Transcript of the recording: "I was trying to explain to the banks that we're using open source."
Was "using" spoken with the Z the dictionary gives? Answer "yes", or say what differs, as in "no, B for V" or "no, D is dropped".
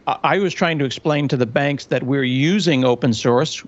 yes